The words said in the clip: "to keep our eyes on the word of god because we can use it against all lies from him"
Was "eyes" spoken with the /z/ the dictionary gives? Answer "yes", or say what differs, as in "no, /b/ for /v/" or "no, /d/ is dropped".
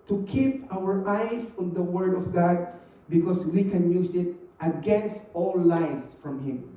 no, /s/ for /z/